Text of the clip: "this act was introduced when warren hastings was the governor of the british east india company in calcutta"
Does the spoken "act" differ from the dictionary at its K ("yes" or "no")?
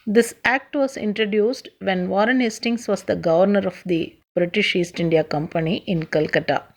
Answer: no